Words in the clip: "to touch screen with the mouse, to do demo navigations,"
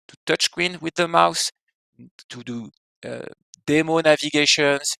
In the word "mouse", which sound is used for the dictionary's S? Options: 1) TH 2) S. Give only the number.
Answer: 2